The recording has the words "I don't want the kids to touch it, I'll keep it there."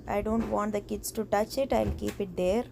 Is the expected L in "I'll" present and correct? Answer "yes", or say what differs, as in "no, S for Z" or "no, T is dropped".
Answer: yes